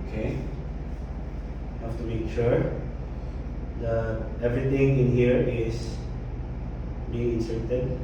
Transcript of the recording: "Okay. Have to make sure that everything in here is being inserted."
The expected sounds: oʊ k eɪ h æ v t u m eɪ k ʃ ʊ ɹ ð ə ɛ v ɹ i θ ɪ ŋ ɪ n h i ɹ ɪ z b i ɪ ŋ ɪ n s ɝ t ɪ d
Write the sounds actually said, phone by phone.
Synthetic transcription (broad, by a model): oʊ k eɪ h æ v t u m eɪ k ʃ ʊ ɹ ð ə ɛ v ɹ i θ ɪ ŋ ɪ n h i ɹ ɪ s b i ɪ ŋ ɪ n s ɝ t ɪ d